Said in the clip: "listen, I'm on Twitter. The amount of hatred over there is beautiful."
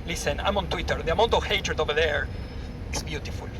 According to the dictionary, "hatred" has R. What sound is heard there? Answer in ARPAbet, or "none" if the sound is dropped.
R